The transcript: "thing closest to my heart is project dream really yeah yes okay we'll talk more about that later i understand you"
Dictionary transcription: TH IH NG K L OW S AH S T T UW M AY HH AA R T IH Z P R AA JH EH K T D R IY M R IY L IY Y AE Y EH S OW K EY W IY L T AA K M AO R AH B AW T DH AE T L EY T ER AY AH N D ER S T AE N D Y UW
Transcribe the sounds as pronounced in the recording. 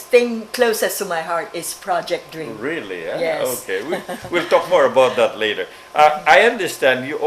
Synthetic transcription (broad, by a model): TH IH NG K L OW S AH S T T UW M AY HH AA R T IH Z P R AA JH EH K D R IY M R IY L IY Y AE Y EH OW K EY W IY L T AA K M AO R AH B AW T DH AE T L EY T ER AY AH N D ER S T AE N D Y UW